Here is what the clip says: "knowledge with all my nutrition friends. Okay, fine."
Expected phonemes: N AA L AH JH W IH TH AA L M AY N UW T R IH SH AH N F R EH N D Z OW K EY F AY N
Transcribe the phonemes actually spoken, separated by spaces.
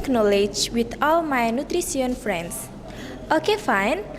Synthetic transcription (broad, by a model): N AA L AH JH W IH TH AA L M AY N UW T R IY S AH N F R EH N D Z OW K EY F AY N